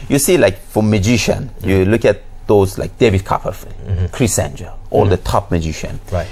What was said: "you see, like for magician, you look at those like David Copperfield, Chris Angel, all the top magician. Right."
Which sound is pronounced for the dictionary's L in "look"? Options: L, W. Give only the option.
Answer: L